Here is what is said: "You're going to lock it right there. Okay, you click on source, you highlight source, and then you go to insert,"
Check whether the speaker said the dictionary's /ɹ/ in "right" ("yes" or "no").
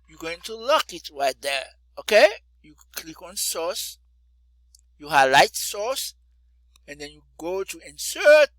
yes